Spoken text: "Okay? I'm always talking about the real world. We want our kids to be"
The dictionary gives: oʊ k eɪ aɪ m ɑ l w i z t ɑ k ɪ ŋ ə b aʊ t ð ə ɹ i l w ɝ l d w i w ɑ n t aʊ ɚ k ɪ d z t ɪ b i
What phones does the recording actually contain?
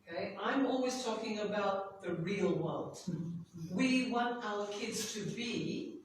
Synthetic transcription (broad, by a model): k eɪ aɪ m ɑ l w i z t ɑ k ɪ ŋ ə b aʊ t ð ə ɹ i l w ɝ l d w i w ɑ n t aʊ ɚ k ɪ d z t ɪ b i